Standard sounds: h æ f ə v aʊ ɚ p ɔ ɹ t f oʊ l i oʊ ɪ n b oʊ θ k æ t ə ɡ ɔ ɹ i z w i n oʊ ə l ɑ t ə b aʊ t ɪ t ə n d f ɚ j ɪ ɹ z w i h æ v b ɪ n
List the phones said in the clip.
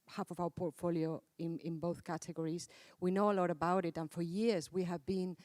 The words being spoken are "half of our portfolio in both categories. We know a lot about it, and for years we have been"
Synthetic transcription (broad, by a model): h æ f ə v aʊ ɚ p ɔ ɹ t f oʊ l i oʊ ɪ n b oʊ θ k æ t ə ɡ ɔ ɹ i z w i n oʊ ə l ɑ t ə b aʊ t ɪ t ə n f ɚ j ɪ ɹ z w i h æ v b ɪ n